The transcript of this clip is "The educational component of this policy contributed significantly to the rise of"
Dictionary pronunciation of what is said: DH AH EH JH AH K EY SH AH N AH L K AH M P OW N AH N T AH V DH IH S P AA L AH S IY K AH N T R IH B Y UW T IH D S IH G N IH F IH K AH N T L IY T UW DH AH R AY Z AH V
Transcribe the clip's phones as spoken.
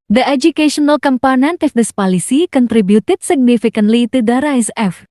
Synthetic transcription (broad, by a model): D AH EH JH AH K EY SH AH N AH L K AH M P OW N AH N T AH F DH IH S P AA L AH S IY K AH N T R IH B Y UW T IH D S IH G N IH F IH K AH N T L IY T UW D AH R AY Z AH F